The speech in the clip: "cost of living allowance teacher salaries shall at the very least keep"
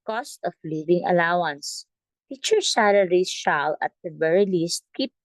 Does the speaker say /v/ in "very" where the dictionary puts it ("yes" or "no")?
no